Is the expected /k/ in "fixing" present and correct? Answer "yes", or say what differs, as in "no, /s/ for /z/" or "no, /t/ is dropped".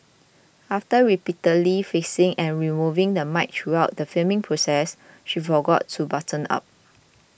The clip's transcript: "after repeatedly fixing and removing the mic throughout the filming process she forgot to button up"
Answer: no, /k/ is dropped